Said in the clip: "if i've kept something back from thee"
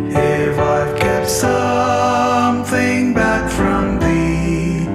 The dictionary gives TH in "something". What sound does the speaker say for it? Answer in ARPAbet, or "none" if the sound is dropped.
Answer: TH